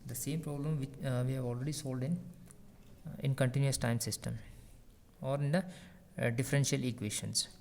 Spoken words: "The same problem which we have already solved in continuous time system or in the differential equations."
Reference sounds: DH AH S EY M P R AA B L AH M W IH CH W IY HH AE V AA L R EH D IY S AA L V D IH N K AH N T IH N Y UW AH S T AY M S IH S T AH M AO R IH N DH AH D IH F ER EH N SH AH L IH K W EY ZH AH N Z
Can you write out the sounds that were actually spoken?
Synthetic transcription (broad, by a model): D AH S EY M P R AA B L AH M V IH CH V IY HH AE V AA L R EH D IY S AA L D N IH N K AH N T IH N Y UW AH S T AY M S IH S T AH M AO R IH N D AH D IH F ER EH N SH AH L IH K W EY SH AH N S